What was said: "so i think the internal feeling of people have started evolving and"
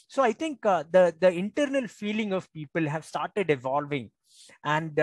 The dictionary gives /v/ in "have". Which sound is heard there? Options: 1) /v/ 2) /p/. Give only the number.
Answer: 1